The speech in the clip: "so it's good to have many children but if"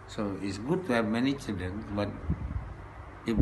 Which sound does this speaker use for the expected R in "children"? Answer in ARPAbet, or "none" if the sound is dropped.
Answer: none